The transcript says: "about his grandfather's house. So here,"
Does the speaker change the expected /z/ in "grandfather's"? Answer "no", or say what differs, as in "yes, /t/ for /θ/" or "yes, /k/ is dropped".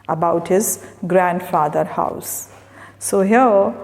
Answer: yes, /z/ is dropped